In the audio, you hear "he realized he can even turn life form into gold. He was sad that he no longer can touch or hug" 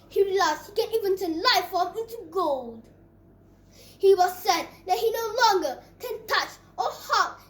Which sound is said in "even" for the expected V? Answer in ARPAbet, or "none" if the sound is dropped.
V